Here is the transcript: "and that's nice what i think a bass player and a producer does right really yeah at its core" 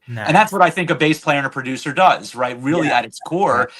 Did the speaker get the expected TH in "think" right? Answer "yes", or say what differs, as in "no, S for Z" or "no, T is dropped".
yes